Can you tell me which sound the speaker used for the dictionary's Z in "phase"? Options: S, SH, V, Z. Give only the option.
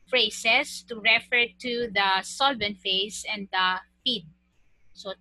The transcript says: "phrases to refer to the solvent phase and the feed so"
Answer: S